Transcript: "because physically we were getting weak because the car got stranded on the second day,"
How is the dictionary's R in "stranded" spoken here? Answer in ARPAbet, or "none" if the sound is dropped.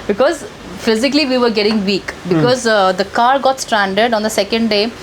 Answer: R